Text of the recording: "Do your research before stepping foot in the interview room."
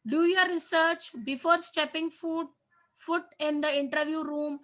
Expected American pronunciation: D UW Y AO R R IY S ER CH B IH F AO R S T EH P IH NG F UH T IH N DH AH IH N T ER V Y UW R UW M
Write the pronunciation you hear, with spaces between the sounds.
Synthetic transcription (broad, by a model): D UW Y AO R R IY S ER CH B IH F AO R S T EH P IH NG F UH T IH N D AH IH N T ER V Y UW R UW M